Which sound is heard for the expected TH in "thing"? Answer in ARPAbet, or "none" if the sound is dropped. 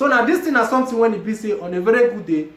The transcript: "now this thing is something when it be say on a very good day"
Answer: T